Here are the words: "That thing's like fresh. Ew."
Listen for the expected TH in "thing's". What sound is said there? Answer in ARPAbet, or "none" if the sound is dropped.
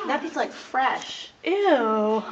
F